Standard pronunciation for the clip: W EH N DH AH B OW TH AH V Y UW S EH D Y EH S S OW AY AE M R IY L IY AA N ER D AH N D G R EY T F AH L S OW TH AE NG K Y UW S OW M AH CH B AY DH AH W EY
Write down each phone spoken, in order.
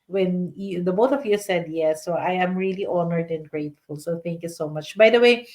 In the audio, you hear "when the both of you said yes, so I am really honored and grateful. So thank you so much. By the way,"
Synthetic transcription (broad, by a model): W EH N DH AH B OW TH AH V Y UW S EH D Y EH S S OW AY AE M R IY L IY AA N ER D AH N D G R EY T F AH L S OW TH AE NG K Y UW S OW M AH CH B AY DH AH W EY